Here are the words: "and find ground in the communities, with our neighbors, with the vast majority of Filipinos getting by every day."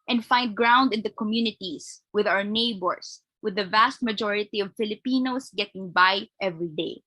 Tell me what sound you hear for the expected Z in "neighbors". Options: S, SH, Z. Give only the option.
S